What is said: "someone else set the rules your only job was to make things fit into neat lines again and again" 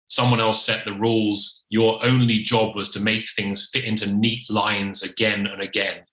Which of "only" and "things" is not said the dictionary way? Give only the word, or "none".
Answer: none